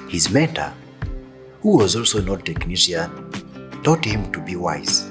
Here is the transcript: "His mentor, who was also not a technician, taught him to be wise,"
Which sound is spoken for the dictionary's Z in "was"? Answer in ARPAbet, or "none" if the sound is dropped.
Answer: Z